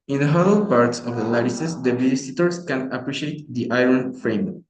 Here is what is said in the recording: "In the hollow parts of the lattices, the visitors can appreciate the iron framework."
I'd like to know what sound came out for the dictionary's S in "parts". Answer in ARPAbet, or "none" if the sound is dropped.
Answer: S